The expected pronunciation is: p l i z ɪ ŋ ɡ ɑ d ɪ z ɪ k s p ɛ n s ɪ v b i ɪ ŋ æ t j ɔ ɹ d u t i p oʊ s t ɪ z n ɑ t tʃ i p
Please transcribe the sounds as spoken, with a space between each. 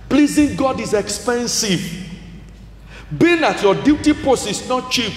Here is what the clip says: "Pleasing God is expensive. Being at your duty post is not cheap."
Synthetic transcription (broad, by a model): p l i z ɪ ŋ ɡ ɑ d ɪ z ɪ k s p ɛ n s ɪ v b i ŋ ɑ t j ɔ d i t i p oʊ s ɪ s n ɑ t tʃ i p